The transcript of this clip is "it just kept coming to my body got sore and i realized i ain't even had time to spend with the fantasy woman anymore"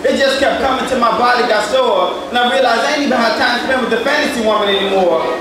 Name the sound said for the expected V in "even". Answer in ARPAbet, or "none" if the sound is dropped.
B